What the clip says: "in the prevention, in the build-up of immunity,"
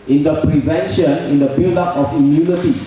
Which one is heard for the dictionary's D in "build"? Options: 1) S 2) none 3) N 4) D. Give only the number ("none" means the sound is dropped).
2